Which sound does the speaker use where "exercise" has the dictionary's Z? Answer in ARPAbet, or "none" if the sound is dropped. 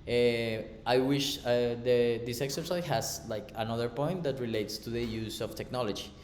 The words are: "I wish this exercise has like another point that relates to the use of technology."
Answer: none